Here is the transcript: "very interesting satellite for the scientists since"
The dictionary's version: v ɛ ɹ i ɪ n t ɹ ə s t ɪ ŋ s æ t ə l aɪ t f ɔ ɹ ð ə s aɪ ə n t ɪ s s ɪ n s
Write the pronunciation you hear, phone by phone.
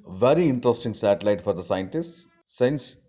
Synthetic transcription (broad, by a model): v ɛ ɹ i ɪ n t ɹ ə s t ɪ ŋ s æ t ə l aɪ t f ɔ ɹ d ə s aɪ ə n t ɪ s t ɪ n s